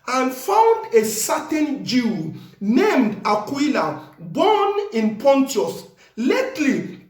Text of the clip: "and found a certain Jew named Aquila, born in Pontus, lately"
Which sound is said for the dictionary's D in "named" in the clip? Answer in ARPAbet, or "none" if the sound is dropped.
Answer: D